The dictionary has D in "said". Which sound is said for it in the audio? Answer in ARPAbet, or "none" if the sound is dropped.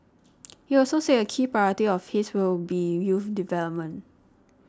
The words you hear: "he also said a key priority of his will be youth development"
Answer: none